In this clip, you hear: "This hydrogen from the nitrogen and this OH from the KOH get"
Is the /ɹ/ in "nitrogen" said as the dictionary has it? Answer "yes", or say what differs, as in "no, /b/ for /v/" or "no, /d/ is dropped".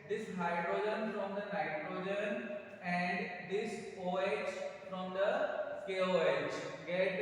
yes